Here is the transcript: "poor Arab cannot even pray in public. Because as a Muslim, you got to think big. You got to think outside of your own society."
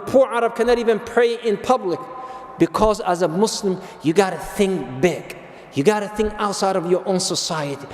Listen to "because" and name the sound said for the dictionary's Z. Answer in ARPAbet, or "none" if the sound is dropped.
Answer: Z